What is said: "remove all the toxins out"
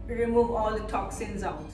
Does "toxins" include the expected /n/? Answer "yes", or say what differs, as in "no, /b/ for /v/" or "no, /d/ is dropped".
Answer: yes